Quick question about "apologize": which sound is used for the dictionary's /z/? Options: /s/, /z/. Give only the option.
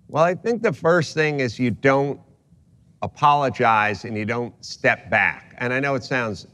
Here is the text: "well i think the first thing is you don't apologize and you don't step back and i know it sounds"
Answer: /z/